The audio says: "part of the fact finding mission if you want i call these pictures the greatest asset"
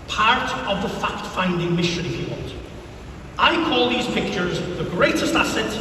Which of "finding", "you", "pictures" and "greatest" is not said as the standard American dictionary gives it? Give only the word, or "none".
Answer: none